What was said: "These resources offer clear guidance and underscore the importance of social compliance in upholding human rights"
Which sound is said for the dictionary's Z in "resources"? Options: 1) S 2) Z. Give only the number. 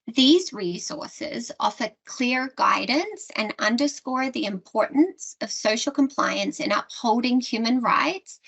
2